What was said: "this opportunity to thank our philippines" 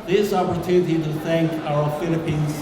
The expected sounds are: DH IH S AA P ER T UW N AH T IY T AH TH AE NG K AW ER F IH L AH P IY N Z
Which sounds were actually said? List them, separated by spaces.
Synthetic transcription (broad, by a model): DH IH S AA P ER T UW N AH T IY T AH TH AE NG K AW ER F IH L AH P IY N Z